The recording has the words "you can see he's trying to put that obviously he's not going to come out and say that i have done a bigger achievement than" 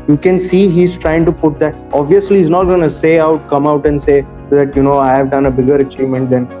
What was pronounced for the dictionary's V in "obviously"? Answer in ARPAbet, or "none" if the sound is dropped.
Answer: V